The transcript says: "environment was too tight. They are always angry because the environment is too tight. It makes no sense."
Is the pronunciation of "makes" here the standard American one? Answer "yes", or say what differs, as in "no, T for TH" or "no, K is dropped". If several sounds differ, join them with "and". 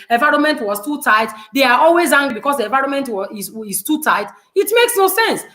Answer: yes